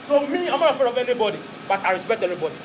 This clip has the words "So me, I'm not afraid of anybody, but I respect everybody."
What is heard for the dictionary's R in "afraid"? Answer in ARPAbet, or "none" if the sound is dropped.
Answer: none